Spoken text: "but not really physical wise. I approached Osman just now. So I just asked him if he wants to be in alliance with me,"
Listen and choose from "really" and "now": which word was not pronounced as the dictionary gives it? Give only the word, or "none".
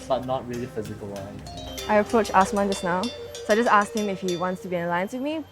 none